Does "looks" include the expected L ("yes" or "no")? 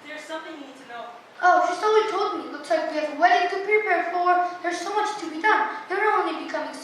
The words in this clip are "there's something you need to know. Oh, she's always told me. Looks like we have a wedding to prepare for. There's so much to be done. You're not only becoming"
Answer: no